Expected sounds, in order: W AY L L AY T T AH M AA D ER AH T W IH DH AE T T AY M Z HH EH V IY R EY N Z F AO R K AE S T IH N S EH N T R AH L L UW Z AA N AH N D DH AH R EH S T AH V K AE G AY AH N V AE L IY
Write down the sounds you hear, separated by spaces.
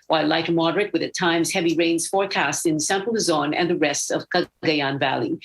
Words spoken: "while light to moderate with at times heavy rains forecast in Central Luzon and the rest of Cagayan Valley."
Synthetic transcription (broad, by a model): W AY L L AY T T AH M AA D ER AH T W IH DH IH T T AY M Z HH EH V IY R EY N Z F AO R K AE S T IH N S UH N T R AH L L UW Z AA N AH N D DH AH R EH S T AH V K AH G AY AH N V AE L IY